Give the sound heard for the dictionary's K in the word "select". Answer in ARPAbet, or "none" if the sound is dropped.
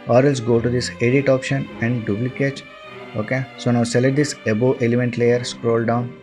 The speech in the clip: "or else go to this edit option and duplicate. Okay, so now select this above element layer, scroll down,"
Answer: none